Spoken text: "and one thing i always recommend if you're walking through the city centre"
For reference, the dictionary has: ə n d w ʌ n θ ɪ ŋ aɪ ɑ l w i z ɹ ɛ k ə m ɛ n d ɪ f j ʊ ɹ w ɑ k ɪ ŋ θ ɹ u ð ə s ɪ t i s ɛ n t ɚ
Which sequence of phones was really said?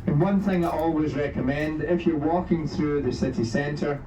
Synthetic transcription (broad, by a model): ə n w ʌ n θ ɪ ŋ aɪ ɑ l w i z ɹ ɛ k ə m ɛ n d ɪ f j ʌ ɹ w ɑ k ɪ ŋ θ ɹ u ð ə s ɪ t i s ɛ n t ɚ